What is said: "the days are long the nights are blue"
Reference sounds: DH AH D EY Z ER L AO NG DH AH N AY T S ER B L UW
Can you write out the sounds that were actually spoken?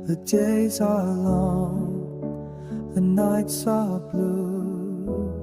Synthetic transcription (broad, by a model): DH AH D EY Z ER L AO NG DH AH N AY T S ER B L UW